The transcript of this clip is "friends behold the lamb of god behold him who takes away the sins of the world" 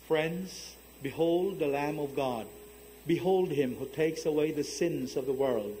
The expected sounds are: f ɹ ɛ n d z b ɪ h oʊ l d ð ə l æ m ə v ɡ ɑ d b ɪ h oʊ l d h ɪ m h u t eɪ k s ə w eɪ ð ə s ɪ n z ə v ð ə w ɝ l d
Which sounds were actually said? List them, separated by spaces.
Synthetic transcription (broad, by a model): f ɹ ɛ n d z b ɪ h oʊ l d ð ə l æ m ə v ɡ ɑ d b ɪ h oʊ l d h ɪ m h u t eɪ k s ə w eɪ ð ə s ɪ n z ə v ð ə w ɝ l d